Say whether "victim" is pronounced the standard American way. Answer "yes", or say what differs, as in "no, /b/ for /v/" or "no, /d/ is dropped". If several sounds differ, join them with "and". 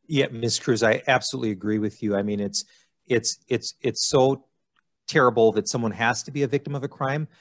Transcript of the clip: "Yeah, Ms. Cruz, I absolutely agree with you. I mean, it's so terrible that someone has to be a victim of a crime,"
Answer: yes